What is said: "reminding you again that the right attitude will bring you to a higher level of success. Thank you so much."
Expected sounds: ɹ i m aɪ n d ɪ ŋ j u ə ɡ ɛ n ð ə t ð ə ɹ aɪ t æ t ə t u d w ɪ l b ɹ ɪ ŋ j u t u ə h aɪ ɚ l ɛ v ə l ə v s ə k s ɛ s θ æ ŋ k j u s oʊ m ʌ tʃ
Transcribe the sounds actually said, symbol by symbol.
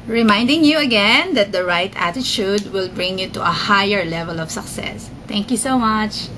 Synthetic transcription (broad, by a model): ɹ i m aɪ n d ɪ ŋ j u ə ɡ ɛ n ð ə t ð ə ɹ aɪ t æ t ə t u d w ɪ l b ɹ ɪ ŋ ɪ t u ə h aɪ ɚ l ɛ v ə l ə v s ə k s ɛ s t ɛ ŋ k j u s oʊ m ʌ tʃ